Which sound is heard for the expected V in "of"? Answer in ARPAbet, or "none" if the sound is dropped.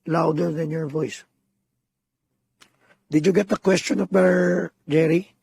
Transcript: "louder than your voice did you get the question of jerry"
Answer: P